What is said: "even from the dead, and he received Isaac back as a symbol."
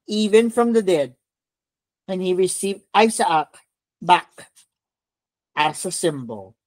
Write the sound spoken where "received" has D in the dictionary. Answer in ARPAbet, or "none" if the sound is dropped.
D